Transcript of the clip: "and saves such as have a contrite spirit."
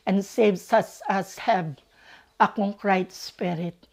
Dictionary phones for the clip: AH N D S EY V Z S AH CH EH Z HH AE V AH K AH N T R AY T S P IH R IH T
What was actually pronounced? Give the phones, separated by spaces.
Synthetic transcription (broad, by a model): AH N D S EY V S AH S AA S HH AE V AH K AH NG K R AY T S P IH R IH T